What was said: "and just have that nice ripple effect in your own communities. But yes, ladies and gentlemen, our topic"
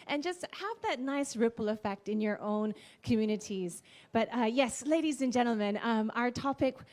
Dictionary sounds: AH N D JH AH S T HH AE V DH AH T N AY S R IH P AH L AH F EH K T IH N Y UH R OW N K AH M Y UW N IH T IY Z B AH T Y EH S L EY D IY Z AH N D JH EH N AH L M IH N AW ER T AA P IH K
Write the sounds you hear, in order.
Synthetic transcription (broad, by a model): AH N JH AH S T HH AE V DH AH T N AY S R IH P L AH F EH K T IH N Y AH R OW N K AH M Y UW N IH T IY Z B AH T Y EH S L EY D IY Z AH N JH EH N L M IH N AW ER T AA P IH K